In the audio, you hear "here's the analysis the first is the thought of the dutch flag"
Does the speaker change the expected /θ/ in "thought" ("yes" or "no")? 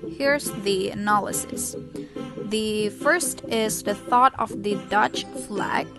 no